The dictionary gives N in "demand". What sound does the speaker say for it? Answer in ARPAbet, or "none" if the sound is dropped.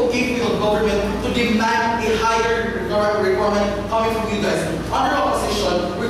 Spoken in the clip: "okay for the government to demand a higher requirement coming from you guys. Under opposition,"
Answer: N